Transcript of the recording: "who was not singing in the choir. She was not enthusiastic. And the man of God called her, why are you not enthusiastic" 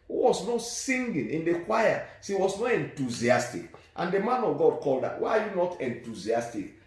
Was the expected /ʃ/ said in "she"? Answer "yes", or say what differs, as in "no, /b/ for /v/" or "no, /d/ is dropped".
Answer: no, /s/ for /ʃ/